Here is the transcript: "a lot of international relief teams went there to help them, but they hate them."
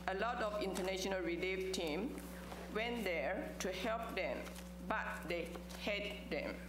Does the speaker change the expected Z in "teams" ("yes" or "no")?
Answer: yes